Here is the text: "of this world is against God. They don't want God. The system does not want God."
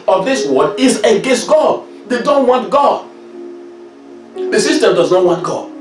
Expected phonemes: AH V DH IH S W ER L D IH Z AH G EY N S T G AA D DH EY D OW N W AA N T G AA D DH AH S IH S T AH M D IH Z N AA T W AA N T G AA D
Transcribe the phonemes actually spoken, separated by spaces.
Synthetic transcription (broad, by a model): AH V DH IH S W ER D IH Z AH G EY N S T G AA D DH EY D OW N W AA N T G AA D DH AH S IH S T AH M D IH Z N AA T W AA N T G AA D